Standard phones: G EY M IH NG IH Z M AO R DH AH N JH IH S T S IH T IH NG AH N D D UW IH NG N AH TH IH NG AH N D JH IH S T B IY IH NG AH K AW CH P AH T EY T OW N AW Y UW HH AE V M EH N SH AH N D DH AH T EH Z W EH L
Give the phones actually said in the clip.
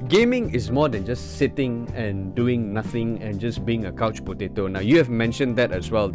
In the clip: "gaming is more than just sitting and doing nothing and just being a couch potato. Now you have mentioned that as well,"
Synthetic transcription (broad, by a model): G EY M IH NG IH S M AO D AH N JH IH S S IH T IH NG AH N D D UW IH NG N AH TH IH NG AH N JH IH S B IY IH NG AH K AW CH P AH T EY T OW N AW Y UW HH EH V M EH N SH AH N D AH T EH S W EH L